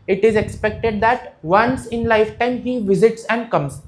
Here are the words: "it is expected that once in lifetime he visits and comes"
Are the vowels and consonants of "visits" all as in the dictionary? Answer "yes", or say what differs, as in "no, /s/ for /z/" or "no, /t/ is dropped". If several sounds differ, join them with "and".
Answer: yes